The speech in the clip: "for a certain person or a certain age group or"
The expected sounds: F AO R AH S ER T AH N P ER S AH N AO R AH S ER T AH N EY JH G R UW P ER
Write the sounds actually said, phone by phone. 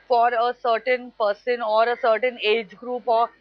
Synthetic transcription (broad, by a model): F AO R AH S ER T AH N P ER S AH N AO R AH S ER T AH N EY JH G R UW P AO